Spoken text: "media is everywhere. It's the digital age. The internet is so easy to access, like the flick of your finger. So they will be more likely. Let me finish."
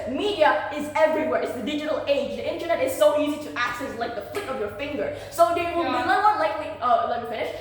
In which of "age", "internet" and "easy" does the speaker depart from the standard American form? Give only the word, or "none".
none